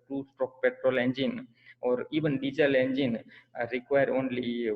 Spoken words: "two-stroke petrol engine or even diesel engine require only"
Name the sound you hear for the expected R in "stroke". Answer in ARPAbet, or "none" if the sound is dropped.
none